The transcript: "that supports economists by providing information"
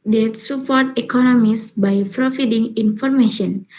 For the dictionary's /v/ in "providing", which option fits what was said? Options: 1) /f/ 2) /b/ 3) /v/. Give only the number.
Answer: 1